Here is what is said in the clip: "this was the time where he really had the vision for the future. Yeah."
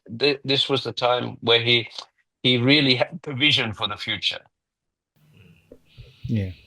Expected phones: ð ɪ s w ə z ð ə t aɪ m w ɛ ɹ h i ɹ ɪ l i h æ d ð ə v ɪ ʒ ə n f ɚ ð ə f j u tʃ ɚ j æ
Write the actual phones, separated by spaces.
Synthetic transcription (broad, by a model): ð ɪ s w ə z ð ə t aɪ m w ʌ ɹ h i ɹ ɪ l i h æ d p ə v ɪ ʒ ə n f ɚ ð ə f j u tʃ ɚ j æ